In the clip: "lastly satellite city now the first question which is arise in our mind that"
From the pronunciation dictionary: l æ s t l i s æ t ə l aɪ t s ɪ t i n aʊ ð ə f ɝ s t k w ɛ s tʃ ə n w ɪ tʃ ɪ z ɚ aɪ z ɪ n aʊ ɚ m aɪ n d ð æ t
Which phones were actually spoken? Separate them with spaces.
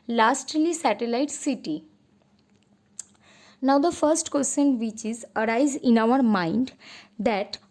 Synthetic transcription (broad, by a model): l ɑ s t l i s æ t ə l aɪ t s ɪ t i n aʊ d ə f ɝ s t k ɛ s ʃ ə n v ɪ tʃ ɪ z ɚ aɪ z ɪ n aʊ ɚ m aɪ n d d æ t